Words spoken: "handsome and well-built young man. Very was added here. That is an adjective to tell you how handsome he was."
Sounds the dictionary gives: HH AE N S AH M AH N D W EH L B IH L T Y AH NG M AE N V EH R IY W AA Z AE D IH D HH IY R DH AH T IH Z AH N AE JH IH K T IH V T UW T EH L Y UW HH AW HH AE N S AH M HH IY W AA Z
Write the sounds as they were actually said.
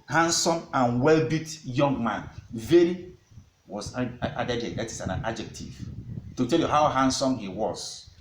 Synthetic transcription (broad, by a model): HH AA N S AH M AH N W EH L B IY T Y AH NG M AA N V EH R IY W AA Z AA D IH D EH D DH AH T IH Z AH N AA JH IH K T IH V T UW T EH L Y UW HH AW HH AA N S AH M HH IY W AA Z